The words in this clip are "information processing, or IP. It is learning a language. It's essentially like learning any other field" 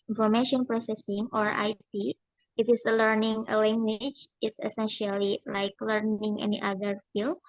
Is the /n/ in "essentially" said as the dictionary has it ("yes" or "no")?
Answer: yes